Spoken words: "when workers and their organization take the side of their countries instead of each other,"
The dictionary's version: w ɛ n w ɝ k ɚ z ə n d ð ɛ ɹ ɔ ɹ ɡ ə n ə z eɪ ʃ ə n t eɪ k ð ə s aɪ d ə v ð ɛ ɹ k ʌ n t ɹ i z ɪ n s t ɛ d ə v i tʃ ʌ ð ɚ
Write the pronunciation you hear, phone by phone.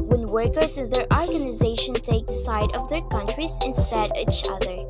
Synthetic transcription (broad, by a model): w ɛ n w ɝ k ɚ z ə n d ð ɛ ɹ ɔ ɹ ɡ ə n ə z eɪ ʃ ə n t eɪ k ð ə s aɪ d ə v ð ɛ ɹ k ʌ n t ɹ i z ɪ n s t ɛ d i tʃ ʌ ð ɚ